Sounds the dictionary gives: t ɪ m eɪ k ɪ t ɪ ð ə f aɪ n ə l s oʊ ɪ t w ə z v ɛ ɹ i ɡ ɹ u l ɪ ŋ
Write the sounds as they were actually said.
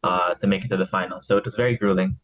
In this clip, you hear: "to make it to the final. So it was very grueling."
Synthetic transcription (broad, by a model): t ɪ m eɪ k ɪ t ɪ ð ə f aɪ n l s oʊ ɪ t w ə z v ɛ ɹ i ɡ ɹ u l ɪ ŋ